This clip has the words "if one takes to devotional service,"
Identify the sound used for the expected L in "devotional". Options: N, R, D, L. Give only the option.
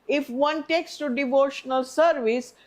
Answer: L